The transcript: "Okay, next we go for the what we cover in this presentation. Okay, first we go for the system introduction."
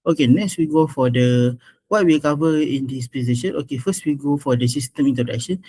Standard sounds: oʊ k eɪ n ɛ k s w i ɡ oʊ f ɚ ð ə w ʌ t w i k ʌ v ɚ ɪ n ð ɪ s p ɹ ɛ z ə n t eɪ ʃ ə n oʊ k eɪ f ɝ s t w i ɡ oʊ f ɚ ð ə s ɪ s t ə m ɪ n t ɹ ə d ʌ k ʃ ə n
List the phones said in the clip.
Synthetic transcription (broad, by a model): oʊ k eɪ n ɛ k s w i ɡ oʊ f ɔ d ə w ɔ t w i k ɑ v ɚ ɪ n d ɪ s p ɛ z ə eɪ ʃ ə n oʊ k eɪ f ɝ s t w i ɡ oʊ f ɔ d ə s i s t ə m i n t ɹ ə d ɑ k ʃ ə n